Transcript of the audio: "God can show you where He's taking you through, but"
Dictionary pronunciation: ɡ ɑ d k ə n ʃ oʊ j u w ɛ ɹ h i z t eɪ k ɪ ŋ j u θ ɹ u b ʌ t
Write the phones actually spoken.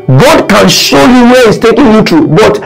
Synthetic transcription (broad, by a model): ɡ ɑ d k ə n ʃ oʊ j u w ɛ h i s t eɪ k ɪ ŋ j u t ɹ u b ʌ t